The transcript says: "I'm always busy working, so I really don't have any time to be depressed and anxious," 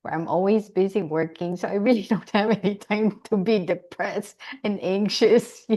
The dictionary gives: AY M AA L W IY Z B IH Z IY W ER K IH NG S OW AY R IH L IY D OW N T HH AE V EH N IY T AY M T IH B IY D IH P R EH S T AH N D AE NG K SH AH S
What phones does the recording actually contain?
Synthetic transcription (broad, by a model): AY M AA L W IY Z B IH Z IY W ER K IH NG S OW AY R IH L IY D OW N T HH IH V EH N IY T AY M T IH B IY D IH P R EH S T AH N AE NG K SH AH S